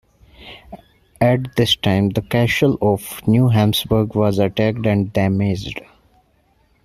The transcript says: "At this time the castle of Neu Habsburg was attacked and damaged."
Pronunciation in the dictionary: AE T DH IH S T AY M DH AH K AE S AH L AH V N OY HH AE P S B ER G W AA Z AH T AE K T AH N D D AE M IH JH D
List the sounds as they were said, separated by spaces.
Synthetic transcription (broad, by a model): AE T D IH S T AY M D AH K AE SH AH L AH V N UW HH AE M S B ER G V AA Z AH T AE K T AH N D D AE M IH JH D